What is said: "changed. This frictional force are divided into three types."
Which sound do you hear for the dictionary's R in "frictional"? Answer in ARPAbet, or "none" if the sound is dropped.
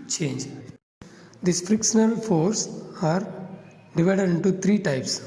R